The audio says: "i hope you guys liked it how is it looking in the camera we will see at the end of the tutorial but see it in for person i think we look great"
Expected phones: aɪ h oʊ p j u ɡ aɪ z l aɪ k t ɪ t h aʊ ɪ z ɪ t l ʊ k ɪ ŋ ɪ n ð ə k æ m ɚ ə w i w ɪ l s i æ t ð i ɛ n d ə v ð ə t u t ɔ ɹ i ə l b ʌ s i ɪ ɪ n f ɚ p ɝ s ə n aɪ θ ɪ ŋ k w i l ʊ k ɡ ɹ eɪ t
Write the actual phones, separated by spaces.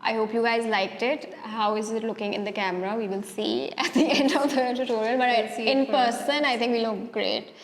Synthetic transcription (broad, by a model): aɪ h oʊ p j u ɡ aɪ z l aɪ k t ɪ t h aʊ ɪ z ɪ t l ʊ k ɪ ŋ ɪ n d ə k æ m ɚ ə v i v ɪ l s i æ t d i ɛ n d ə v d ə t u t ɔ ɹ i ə n b ʌ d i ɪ ɪ n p p ɝ s ə n aɪ t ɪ ŋ k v i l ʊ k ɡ ɹ eɪ t